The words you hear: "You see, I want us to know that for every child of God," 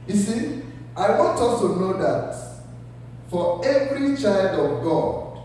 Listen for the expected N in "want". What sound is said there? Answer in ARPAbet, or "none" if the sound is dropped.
N